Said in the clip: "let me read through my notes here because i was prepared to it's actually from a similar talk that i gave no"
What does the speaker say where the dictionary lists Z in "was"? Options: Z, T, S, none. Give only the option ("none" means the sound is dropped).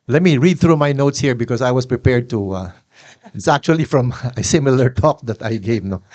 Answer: S